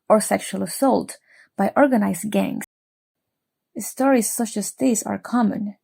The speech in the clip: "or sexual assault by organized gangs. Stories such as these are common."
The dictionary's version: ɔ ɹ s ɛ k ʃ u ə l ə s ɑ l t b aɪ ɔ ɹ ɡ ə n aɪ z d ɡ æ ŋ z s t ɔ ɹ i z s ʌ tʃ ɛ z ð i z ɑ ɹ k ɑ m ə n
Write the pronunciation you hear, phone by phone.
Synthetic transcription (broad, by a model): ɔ ɹ s ɛ k ʃ u ə l ə s ɑ l t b aɪ ɔ ɹ ɡ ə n aɪ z ɡ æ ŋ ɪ s t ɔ ɹ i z s ʌ tʃ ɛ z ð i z ɑ ɹ k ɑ m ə n